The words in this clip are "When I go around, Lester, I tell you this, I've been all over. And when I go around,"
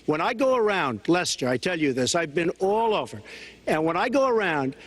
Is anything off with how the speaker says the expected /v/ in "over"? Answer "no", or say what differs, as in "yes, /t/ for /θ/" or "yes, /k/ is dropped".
no